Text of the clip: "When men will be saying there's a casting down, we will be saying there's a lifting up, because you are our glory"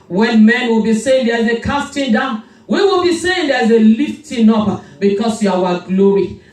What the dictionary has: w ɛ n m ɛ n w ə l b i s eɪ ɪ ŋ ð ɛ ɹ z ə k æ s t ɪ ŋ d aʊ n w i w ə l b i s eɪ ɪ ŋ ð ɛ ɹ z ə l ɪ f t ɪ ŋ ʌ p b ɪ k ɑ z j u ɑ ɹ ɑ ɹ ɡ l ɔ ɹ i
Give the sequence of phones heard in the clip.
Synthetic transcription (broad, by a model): w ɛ n m ɛ n w ə l b i s eɪ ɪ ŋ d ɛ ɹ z ə k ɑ s t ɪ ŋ d aʊ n w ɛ w ə l b i s eɪ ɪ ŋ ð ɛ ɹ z ə l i f t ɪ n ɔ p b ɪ k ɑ s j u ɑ w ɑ ɡ l ɔ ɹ i